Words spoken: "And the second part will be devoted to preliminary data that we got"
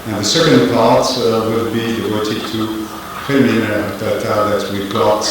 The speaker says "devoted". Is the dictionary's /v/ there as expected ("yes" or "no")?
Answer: no